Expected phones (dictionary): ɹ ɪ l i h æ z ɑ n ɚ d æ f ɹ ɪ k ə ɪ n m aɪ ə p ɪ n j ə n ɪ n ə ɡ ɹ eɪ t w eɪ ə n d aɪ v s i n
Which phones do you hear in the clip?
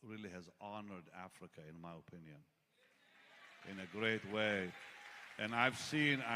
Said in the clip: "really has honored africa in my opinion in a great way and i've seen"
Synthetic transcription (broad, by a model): ɹ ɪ l i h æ z ɑ n ɚ d æ f ɹ ɪ k ə ɪ n m aɪ ə p ɪ n j ə n ɪ n ə ɡ ɹ eɪ t w eɪ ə n aɪ v s i n